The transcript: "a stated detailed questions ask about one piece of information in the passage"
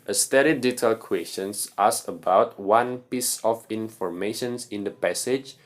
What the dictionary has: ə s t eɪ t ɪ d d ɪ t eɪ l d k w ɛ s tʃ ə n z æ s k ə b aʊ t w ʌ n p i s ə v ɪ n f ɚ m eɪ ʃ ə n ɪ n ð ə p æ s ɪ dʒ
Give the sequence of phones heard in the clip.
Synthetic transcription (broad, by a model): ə s t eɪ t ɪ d d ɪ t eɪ l k w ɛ s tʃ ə n s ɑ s ə b aʊ t w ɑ n p i s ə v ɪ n f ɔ m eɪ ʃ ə n ɪ n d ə p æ s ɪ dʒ